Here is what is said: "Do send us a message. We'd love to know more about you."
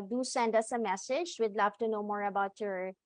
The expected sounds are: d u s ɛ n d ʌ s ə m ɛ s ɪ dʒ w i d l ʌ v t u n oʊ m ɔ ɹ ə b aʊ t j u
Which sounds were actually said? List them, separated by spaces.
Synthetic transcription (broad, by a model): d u s ɛ n d ʌ s ə m ɛ s ɪ dʒ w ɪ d l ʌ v t u n oʊ m ɔ ɹ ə b aʊ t j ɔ